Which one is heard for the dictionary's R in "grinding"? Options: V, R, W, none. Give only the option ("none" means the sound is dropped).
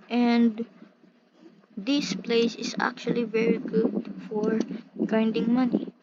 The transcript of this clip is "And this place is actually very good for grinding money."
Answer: none